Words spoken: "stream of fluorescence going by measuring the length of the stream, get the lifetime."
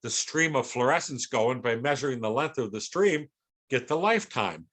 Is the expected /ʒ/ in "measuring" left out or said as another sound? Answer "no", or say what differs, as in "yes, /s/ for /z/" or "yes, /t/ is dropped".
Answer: no